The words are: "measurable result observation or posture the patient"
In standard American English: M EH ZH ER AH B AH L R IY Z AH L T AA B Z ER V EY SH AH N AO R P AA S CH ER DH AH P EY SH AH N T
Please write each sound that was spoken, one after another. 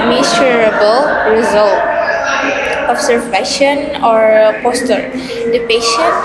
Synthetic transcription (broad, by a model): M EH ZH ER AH B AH L R IY Z AH L T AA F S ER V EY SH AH N AO R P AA S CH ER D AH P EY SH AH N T